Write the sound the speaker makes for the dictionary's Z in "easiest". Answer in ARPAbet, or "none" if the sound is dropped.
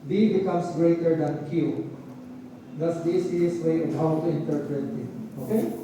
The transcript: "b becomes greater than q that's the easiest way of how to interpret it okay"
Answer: S